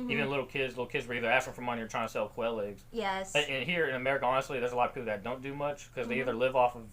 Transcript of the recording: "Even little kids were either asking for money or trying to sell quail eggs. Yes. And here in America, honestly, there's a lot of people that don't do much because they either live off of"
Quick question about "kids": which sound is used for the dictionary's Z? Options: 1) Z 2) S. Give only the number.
1